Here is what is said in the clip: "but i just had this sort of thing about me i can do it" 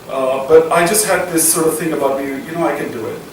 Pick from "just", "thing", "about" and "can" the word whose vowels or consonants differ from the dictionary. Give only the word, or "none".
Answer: none